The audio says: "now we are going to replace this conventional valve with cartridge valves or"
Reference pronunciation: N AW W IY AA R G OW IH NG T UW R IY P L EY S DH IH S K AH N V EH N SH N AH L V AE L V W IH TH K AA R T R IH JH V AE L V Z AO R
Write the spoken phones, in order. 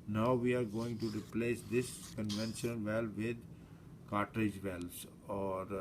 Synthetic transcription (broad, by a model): N AW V IY AA R G OW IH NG T UW R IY P L EY S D IH S K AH N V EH N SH AH N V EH L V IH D K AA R T R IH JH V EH L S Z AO R